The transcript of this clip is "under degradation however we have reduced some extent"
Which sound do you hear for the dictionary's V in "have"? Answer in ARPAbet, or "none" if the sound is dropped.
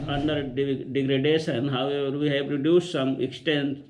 P